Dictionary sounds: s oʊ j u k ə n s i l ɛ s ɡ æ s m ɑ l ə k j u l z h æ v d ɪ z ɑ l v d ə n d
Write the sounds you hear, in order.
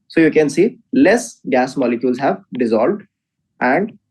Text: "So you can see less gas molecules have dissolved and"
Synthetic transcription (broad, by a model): s oʊ j u k ə n s i l ɛ s ɡ æ s m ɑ l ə k j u l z h æ v d ɪ z ɑ l v d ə n d